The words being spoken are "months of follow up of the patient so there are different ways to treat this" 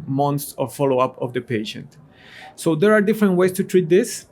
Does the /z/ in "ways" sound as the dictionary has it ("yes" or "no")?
no